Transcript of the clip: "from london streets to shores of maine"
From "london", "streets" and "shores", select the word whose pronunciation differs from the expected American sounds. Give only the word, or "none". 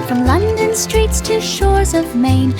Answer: none